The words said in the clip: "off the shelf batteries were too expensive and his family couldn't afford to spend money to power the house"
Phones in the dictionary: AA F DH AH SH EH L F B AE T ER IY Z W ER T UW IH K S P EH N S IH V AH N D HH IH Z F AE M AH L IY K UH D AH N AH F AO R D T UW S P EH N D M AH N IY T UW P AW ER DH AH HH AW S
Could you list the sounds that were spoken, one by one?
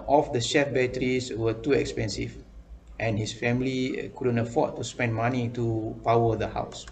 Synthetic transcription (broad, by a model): AA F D AH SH EH F B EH T ER IY S W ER T UW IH K S P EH N S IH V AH N HH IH S F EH M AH L IY K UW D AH N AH F AO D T UW S P EH N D M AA N IY T UW P AW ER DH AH HH AW S